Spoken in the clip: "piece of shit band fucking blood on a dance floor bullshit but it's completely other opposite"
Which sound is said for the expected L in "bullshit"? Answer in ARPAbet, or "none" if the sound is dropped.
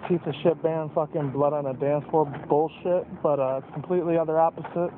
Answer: L